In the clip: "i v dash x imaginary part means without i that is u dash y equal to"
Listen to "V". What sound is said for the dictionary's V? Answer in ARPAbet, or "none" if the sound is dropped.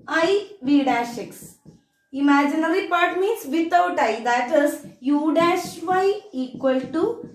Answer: V